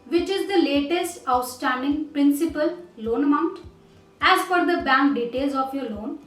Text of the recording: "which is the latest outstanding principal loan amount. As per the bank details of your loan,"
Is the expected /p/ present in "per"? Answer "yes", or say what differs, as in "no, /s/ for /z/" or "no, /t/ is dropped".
no, /f/ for /p/